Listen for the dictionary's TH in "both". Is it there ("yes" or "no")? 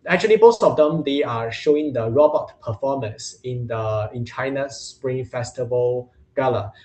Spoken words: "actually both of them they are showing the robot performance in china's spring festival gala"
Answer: no